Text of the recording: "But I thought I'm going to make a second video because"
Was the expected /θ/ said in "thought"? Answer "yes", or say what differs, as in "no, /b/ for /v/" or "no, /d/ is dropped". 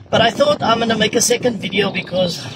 yes